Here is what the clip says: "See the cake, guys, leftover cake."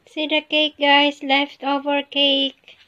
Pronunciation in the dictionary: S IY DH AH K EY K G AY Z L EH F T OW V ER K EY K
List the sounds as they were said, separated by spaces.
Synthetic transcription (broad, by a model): S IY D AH K EY K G AY S L EH F T OW V ER K EY K